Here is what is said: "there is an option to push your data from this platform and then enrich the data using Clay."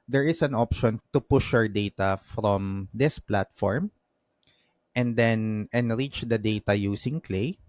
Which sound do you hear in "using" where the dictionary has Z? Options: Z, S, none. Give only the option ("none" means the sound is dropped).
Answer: S